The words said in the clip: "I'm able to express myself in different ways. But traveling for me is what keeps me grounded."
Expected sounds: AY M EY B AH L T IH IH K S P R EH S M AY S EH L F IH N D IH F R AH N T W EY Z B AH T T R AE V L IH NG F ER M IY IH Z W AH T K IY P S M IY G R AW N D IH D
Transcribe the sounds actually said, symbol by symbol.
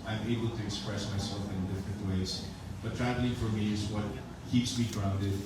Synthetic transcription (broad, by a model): AY M EY B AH L T IH IH K S P R EH S M AY S EH L F IH N D IH F R AH N T W EY Z B AH T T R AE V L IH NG F ER M IY IH Z W AH T K IY P S M IY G R AW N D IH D